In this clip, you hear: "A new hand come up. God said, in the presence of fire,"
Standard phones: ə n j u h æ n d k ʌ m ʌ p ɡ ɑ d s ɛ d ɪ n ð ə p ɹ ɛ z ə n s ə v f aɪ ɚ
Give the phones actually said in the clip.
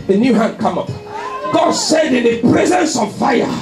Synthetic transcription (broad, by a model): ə n j u h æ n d k ʌ m ʌ p ɡ ɑ d s ɛ d ɪ n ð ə p ɹ ɛ z ə n s ə v f aɪ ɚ